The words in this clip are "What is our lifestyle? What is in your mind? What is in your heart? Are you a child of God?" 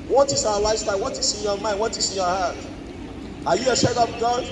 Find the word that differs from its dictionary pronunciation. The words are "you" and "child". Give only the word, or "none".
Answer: child